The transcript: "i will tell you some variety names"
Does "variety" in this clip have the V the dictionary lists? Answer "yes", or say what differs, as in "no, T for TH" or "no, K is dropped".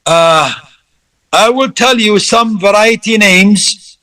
yes